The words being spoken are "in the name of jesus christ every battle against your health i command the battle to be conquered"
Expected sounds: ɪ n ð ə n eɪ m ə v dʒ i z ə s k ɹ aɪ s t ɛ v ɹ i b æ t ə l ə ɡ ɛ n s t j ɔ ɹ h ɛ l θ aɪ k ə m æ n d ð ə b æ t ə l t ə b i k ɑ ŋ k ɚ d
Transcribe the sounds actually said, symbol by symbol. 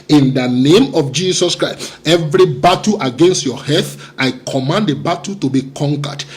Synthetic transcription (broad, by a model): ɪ n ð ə n eɪ m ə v dʒ i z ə s k ɹ aɪ s t ɛ v ɹ i b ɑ t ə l ə ɡ ɛ n s t j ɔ h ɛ θ aɪ k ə m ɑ n d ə b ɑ t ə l t ə b i k ɑ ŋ k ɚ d